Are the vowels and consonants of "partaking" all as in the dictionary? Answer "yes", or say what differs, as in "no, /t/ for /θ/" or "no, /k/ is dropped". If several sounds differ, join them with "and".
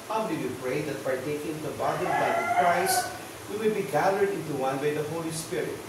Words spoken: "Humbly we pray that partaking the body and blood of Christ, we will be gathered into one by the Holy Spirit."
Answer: no, /f/ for /p/